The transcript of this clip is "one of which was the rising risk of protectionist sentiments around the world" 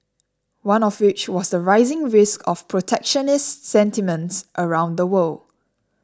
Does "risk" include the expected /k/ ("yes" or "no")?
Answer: yes